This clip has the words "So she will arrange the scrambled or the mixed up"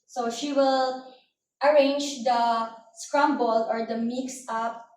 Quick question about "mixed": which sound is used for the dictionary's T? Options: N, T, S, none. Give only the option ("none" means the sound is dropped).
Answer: none